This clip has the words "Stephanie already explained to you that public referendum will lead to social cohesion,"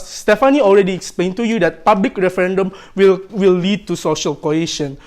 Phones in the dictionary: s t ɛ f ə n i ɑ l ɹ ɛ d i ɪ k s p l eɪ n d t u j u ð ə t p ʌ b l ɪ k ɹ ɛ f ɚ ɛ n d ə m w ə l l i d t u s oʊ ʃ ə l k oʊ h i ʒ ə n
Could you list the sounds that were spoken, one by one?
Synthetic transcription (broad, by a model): s t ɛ f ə n i ɑ l ɹ ɛ d i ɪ k s p l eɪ n t u j u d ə t p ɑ b l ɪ k ɹ ɛ f ɚ ɛ n d ə m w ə w l i d t u s oʊ ʃ ə l k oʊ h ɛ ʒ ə n